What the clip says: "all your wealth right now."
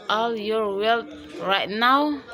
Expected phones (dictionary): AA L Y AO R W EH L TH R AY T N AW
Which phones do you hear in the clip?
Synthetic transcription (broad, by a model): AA L Y AO R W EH L T R AY T N AW